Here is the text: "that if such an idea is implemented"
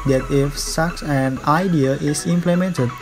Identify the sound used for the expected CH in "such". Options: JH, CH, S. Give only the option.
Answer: S